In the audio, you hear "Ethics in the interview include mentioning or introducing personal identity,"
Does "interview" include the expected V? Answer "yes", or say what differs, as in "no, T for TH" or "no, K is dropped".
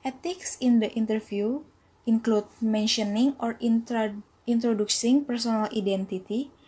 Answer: no, F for V